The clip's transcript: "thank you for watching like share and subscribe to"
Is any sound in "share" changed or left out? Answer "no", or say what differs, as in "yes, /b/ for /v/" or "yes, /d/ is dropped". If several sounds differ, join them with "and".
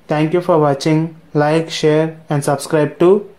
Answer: no